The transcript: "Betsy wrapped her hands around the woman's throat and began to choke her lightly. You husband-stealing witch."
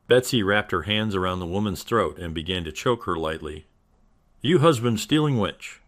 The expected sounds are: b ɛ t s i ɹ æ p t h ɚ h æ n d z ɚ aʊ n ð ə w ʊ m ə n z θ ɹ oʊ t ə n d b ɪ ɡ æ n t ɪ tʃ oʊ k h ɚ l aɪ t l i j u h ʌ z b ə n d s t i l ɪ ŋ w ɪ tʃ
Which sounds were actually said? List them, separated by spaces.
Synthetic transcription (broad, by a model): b ɛ t s i ɹ æ p t h ɚ h æ n d z ɚ aʊ n ð ə w ʊ m ə n z θ ɹ oʊ t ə n b ɪ ɡ æ n t ɪ tʃ oʊ k h ɚ l aɪ t l i j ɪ h ʌ z b ə n d s t i l ɪ ŋ w ɪ tʃ